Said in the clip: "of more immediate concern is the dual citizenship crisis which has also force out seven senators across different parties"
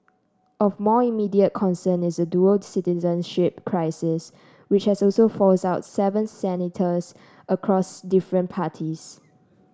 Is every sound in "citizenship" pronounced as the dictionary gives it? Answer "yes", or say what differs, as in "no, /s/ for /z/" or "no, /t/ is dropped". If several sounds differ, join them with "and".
yes